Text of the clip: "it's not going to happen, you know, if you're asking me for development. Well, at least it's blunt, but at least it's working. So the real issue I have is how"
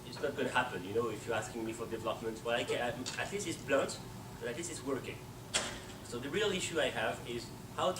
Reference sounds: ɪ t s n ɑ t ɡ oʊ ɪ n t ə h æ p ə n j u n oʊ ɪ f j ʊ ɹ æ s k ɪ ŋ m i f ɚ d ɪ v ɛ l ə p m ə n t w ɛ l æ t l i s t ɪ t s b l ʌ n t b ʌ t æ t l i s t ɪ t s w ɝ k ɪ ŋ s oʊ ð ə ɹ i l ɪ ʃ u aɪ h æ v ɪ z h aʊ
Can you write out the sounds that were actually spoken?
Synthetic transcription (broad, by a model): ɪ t s n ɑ t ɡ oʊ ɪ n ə h æ p ə n j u n oʊ ɪ f j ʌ ɹ æ s k ɪ ŋ m i f ɚ d ɪ v ɛ l ə p m ə n t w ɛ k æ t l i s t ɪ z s b l ʌ n t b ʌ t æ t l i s ɪ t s w ɝ k ɪ ŋ s oʊ ð ə ɹ i l ɪ ʃ u aɪ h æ v ɪ z h aʊ